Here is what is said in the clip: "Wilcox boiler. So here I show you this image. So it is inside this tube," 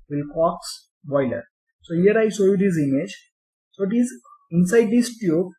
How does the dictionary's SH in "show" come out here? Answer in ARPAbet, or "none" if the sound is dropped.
S